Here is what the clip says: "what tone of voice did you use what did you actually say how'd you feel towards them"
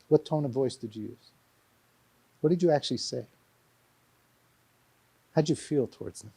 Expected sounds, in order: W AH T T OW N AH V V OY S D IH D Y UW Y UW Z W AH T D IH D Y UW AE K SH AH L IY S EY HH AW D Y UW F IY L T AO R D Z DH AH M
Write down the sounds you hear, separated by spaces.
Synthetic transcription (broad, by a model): W AH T T OW N AH V V OY S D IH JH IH Y UW Z W AH T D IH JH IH AE K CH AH L IY S EY HH AW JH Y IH F IY L T AO R D Z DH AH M